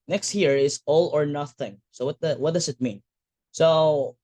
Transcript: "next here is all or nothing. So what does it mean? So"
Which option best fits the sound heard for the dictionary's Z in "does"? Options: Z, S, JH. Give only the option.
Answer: S